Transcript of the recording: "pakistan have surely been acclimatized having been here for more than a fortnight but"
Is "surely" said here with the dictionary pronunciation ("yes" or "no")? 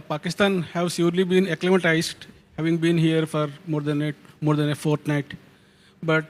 no